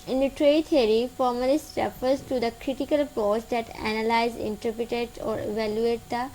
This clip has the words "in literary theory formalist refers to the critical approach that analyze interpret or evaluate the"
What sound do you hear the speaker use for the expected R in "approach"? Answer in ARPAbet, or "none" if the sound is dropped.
none